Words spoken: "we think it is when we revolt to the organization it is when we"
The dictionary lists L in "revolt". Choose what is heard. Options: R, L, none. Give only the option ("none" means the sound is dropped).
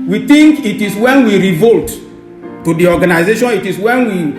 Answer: L